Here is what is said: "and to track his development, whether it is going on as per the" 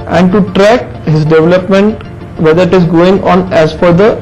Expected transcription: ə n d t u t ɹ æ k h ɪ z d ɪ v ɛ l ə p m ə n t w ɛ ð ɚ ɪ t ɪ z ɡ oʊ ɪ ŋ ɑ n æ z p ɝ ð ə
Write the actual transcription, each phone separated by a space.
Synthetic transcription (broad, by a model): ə n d t u t ɹ æ k h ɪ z d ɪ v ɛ l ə p m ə n t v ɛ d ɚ ɪ t ɪ z ɡ oʊ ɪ ŋ ɑ n æ z f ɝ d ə